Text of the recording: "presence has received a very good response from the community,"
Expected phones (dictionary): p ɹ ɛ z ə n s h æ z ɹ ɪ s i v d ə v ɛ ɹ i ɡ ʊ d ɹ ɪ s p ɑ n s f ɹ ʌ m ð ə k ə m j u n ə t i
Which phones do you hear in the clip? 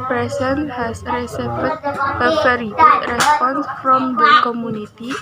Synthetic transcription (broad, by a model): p ɹ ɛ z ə n h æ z ɹ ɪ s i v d ə f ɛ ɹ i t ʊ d ɹ ɪ s p ɑ n s f ɹ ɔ m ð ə k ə m j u n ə t i